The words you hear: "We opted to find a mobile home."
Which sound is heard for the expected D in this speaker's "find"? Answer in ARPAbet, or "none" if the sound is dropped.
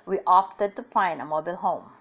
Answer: none